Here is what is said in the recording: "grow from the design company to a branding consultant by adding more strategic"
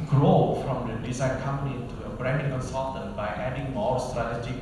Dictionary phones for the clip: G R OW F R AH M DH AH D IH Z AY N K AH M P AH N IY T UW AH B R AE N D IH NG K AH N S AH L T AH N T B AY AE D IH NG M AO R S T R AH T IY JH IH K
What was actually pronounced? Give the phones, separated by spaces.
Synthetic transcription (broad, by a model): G R OW F R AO M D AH D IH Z AY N K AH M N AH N T UW AH B R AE N D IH NG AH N S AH T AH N B AY AE D IH NG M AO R S T R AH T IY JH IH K